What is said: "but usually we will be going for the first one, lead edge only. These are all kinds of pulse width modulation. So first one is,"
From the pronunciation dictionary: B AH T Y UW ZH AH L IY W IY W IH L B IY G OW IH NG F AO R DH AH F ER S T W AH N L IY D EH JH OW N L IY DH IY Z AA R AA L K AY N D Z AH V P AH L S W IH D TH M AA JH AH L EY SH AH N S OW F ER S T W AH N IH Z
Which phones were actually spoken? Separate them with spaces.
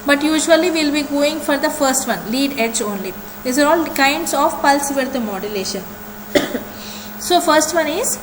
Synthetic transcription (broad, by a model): B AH T Y UW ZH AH IY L IY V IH L B IY G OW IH NG F AO R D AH F ER S T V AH N L IY D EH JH OW N L IY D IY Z AA R AA L K AY N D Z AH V P AH L S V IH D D M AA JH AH L EY SH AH N S OW F ER S T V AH N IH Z